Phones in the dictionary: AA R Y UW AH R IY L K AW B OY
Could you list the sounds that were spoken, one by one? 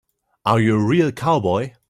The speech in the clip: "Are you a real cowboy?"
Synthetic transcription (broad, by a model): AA W Y AH R IY L K AW B OY